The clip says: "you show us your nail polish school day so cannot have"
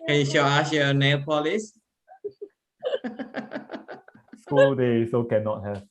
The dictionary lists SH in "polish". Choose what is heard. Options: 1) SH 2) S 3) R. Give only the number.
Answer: 2